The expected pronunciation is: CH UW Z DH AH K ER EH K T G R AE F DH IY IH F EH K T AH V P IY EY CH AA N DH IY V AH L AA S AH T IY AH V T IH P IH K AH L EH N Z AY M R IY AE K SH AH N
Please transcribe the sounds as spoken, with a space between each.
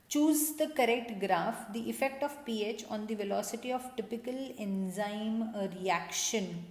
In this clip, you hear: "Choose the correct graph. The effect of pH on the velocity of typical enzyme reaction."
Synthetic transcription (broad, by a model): CH UW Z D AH K ER EH K T G R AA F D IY IH F EH K T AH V P IY EY CH AA N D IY V AH L AA S AH T IY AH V T IH P IH K AH L EH N Z AY M R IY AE K SH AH N